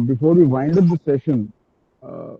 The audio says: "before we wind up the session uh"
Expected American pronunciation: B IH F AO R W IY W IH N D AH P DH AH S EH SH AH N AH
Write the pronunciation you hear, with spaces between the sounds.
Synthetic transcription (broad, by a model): B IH F AO R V IY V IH N D AH P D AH S EH SH AH N